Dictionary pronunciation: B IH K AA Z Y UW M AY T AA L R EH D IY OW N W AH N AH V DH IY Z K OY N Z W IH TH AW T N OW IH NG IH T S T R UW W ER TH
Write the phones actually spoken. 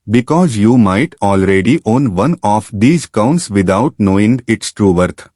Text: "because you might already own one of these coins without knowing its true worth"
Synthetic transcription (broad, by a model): B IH K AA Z Y UW M AY T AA L R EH D IY OW N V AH N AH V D IY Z K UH N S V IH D AW T N OW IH NG IH T S T R UW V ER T